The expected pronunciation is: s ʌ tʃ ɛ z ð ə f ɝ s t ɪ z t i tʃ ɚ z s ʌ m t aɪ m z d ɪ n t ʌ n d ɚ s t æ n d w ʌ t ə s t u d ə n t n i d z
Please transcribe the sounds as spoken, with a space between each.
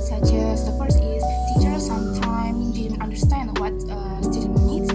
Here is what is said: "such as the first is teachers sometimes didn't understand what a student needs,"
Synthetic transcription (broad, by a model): s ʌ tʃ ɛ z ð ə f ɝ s ɪ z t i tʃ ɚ s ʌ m t aɪ m d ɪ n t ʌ n d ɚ s t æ n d w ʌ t ə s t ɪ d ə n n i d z